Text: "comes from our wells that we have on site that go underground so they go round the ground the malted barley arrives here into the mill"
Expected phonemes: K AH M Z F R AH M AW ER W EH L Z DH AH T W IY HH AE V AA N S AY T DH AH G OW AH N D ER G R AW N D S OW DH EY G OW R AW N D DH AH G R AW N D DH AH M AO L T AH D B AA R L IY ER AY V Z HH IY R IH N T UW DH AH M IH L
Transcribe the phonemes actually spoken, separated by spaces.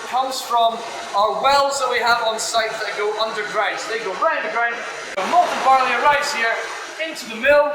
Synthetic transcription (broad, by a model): K AH M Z F R AH M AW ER W EH L Z DH AH T W IY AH V N S AY T DH AH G OW AH N D ER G R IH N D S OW DH EY G OW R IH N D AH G R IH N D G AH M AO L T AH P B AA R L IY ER AY Z HH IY R IH N T UW DH AH M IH L